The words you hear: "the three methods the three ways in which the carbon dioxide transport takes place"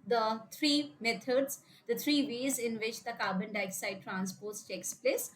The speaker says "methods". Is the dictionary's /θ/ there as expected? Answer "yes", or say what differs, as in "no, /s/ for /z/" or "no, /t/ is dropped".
no, /t/ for /θ/